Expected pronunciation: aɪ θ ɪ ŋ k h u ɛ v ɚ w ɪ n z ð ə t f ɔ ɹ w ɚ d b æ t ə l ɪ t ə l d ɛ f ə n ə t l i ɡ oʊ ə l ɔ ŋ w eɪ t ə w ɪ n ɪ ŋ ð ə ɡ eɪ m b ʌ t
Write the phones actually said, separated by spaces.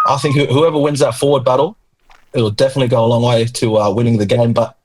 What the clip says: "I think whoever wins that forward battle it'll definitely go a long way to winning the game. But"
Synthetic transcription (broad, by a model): aɪ θ ɪ ŋ k h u ɛ v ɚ w ɪ n z ð ə t f ɔ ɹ w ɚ d b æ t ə l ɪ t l d ɛ f ə n ə t l i ɡ oʊ ə l ɔ ŋ w eɪ t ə w ɪ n ɪ ŋ ð ə ɡ eɪ m b ʌ t